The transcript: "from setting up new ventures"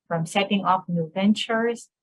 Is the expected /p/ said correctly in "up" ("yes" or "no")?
no